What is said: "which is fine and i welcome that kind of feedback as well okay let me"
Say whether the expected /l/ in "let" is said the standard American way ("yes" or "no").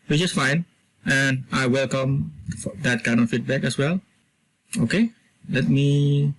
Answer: yes